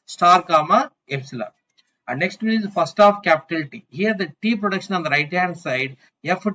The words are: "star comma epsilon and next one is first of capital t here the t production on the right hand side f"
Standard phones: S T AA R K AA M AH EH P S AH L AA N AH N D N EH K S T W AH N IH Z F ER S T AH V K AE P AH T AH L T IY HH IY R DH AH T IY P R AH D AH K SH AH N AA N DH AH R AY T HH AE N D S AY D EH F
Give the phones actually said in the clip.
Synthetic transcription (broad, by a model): S T AA R K AA M AH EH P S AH L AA AH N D N EH K S T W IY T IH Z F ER S T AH F K AE P AH T AH L T IY HH IY R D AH T IY P R AH D AH K SH AH N AA N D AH R AY T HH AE D S AY D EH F